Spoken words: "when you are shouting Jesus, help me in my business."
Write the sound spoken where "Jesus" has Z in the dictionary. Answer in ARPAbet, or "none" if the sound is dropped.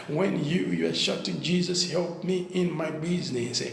Z